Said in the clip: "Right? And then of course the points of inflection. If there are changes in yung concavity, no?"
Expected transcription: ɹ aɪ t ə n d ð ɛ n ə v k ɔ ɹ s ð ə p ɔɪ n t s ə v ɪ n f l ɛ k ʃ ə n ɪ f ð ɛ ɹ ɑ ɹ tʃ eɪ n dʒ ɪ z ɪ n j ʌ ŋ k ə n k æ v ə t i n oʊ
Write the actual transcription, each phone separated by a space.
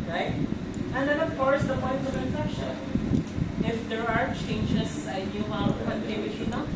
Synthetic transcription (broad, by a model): ɹ aɪ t ə n d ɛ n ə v k ɔ ɹ s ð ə p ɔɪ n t ə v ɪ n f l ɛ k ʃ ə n ɪ f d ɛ ɹ ɑ ɹ tʃ eɪ n dʒ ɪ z ɪ n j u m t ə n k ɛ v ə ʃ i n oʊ